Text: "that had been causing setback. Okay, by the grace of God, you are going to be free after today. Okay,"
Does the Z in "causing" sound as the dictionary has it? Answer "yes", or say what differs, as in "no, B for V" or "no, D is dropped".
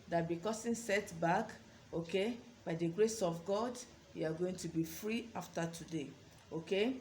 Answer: no, S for Z